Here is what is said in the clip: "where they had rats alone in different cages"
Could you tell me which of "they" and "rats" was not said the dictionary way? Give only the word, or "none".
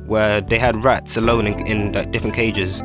none